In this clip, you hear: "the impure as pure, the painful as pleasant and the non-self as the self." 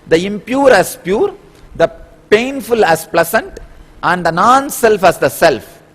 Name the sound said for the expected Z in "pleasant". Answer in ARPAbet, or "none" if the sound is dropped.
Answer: S